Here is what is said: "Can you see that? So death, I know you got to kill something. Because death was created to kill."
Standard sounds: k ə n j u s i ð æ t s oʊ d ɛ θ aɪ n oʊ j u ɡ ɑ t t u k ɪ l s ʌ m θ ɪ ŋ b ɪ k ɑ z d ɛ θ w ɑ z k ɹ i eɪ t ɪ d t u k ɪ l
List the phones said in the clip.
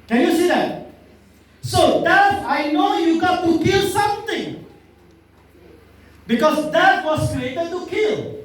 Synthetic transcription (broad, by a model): k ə n j u s i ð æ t s oʊ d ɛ t aɪ n oʊ j u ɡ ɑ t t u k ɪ l s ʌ m t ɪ ŋ b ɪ k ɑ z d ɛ t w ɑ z k ɹ i eɪ t ɪ d t u k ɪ l